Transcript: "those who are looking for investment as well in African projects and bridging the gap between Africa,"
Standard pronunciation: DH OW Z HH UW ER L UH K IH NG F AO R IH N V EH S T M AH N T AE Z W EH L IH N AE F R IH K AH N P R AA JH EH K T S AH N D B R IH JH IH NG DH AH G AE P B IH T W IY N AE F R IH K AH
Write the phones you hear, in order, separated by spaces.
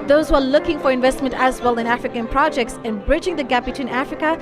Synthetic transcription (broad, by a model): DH OW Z HH UW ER L UH K IH NG F AO R IH N V EH S T M AH N T AE Z W EH L IH N AE F R IH K AH N P R AA JH EH K T S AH N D B R IH JH IH NG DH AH G AE P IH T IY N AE F R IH K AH